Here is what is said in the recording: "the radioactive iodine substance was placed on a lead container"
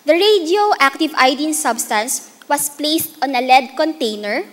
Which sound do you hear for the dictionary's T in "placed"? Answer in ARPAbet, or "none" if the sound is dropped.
T